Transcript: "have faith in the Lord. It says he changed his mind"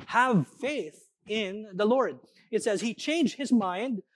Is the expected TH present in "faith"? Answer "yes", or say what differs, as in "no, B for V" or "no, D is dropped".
yes